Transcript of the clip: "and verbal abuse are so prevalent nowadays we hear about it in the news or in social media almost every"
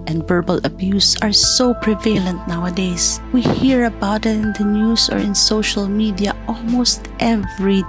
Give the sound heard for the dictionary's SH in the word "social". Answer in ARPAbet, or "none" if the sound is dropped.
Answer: SH